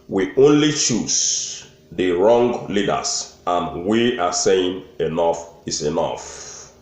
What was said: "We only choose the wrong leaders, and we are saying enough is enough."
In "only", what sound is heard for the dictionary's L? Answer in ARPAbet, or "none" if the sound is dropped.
L